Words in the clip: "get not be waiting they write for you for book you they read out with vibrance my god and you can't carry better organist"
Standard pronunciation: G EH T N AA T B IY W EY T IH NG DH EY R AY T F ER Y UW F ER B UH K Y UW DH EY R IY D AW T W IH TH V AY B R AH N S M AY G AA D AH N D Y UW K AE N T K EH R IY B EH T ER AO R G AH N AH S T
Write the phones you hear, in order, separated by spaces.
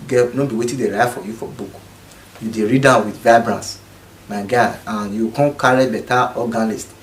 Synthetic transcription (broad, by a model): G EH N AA B IY W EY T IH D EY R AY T F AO Y UW F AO B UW K Y UW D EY R IY D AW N W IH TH V AY B R AH N S M AY G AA AH N Y UW K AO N K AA R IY B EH T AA AO G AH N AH S T